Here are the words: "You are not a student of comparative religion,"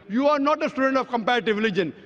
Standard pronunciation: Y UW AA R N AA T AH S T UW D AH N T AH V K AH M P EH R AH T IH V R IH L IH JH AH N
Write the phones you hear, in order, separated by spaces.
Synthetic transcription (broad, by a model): Y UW AA R N AA T AH S T UW D AH N T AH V K AH M P EH R AH T IH V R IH L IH JH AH N